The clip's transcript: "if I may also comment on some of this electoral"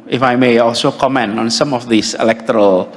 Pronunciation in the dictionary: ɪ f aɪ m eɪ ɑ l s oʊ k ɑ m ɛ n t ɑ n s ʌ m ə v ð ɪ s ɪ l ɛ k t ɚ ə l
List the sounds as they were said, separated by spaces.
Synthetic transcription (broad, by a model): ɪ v aɪ m eɪ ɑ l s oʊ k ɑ m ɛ n ɑ n s ʌ m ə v ð ɪ s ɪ l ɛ k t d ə l